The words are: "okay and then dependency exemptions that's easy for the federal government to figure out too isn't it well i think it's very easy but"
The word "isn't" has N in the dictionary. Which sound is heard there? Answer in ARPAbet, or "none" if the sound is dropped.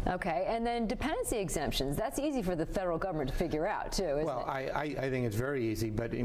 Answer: L